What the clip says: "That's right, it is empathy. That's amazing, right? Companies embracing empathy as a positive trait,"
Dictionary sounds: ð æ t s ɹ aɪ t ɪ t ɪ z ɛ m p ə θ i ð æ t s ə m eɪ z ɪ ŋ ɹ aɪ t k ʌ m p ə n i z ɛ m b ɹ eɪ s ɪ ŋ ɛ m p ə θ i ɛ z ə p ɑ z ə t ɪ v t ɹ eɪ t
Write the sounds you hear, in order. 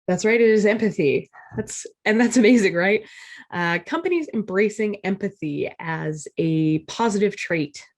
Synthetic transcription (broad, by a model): ð æ t s ɹ aɪ t ɪ t ɪ z ɛ m p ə θ i ð æ t s ə m eɪ z ɪ ŋ ɹ aɪ t k ʌ m p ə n i z ɛ m b ɹ eɪ s ɪ ŋ ɛ m p ə θ i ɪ z ə p ɑ z ə t ɪ v t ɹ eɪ t